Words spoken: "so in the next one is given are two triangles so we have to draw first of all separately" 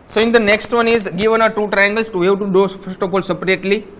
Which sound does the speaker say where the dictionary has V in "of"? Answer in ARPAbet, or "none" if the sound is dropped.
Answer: P